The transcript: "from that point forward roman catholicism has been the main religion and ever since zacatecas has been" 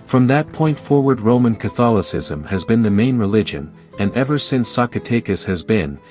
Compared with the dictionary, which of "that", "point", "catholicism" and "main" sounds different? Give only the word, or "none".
none